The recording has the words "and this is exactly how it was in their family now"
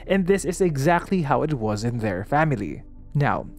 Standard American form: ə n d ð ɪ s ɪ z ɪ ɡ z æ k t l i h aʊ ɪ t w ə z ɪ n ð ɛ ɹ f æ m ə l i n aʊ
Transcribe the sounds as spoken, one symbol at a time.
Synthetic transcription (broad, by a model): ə n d ð ɪ s ɪ z ɪ ɡ z æ k t l i h aʊ ɪ t w ə z ɪ n ð ɛ ɹ f æ m ə l i n aʊ